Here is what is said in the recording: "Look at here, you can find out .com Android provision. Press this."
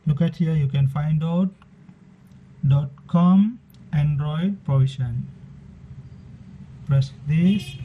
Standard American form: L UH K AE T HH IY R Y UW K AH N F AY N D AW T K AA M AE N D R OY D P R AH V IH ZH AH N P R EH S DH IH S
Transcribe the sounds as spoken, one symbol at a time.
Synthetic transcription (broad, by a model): L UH K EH T HH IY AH Y UW K AH N F AY N D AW T K AA M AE N D R OY D P R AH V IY SH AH N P L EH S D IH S